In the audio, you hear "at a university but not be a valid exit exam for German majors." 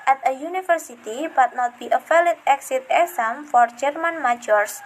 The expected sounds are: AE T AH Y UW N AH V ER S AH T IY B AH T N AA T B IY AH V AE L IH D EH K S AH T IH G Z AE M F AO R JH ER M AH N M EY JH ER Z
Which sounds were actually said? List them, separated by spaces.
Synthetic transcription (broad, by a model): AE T AH Y UW N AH F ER S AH T IY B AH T N AA T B IY AH F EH L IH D EH K S AH T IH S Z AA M F AO R JH ER M AH N M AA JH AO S